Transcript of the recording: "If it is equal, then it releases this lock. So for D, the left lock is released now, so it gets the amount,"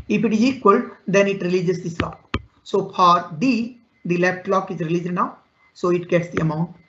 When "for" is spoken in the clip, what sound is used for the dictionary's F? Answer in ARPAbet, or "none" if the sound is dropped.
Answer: P